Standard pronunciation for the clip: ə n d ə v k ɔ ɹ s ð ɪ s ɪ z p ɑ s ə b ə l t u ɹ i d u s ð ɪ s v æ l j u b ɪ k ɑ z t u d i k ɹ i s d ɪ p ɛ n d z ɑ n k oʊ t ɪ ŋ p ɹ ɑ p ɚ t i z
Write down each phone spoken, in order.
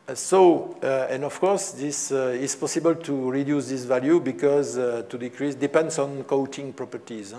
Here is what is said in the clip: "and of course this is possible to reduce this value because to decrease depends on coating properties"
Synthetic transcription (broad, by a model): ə n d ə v k ɔ ɹ s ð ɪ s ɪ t p ɑ s ə b ə l t u ɹ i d u s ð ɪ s v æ l j u b ɪ k ɑ z t u d i k ɹ i s d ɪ p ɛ n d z ɑ n k oʊ t ɪ ŋ p ɹ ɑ p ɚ t i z